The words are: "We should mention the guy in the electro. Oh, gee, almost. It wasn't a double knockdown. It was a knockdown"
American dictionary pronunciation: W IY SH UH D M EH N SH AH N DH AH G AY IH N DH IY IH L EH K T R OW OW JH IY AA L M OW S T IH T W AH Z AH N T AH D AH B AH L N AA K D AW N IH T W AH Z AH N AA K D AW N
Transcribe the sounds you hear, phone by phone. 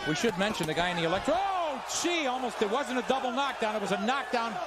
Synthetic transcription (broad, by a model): W IY SH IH D M EH N SH AH N DH AH G AY IH N DH IY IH L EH K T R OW OW CH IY AA L M OW S T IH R W AH Z AH N T AH D AH B L N AA K D AW N IH T W AH Z AH N AA K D AW N